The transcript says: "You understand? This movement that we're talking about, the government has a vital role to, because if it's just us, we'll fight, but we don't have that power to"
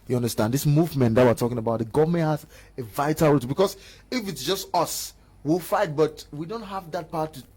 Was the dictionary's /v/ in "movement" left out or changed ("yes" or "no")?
no